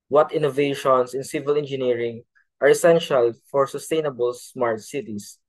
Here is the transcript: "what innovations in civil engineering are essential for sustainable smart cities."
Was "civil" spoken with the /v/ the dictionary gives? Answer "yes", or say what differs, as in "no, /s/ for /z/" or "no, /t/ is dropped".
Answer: yes